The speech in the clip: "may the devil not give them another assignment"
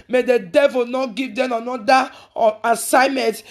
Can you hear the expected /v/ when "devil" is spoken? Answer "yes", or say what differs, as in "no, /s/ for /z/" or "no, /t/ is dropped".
yes